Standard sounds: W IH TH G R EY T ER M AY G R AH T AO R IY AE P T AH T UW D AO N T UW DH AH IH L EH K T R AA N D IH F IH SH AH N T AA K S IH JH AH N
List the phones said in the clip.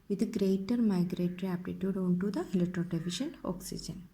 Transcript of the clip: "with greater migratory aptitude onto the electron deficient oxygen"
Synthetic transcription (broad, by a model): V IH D G R EY T ER M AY G R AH T R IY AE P T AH T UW D AO N T UW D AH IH L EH T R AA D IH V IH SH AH N AA K S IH JH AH N